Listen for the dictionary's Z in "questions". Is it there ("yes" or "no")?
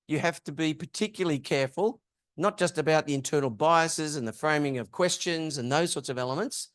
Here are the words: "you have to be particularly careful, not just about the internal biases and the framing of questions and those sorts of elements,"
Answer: yes